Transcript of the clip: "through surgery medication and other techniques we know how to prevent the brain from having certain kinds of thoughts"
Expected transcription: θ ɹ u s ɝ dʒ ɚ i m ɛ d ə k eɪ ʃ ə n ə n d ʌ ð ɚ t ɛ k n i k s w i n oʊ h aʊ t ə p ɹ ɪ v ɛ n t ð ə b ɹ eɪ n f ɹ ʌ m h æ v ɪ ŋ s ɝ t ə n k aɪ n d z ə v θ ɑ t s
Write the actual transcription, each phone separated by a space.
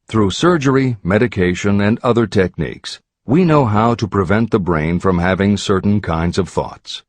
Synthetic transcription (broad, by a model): θ ɹ u s ɝ dʒ ɚ i m ɛ d ə k eɪ ʃ ə n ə n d ʌ ð ɚ t ɛ k n i k s w i n oʊ h aʊ t ə p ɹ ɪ v ɛ n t ð ə b ɹ eɪ n f ɹ ʌ m h æ v ɪ ŋ s ɝ t n k aɪ n d z ə v θ ɑ t s